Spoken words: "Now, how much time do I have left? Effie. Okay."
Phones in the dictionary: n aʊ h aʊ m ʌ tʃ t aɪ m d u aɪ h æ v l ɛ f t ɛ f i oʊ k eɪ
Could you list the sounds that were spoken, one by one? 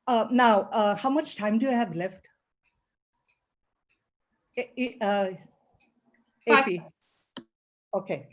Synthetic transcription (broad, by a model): n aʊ h aʊ m ʌ tʃ t aɪ m d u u h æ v l ɛ f t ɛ p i oʊ k eɪ